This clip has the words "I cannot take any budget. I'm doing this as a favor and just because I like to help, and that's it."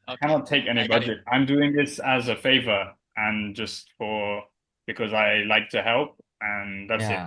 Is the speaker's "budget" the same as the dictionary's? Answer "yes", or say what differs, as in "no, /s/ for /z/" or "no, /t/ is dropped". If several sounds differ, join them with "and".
yes